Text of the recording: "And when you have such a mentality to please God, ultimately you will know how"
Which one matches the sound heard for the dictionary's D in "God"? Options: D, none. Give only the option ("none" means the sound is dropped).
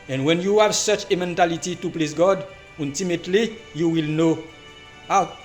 D